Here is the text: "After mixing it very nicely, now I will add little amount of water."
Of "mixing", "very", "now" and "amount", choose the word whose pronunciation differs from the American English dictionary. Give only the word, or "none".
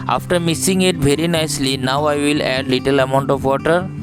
mixing